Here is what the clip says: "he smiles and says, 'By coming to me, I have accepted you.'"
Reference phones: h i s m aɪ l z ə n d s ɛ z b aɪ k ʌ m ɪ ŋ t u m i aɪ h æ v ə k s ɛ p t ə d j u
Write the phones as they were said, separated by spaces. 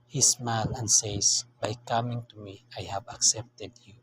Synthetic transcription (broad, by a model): h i s m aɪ l ə n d s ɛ s b aɪ k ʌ m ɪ ŋ t u m i aɪ h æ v ə k s ɛ p t ə d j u